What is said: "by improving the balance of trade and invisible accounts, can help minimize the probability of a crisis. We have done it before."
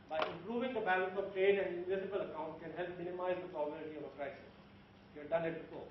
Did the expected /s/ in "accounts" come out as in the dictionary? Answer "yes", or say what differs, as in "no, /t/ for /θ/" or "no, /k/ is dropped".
no, /s/ is dropped